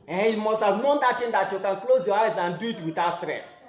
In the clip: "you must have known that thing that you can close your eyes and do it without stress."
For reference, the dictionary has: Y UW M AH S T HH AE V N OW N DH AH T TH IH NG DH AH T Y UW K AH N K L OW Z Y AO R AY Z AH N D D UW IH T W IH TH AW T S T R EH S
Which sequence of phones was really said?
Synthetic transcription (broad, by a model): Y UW M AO S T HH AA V N OW N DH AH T T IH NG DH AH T Y UW K AH N K L OW Z Y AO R AY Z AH N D D UW IH T W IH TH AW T S T R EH S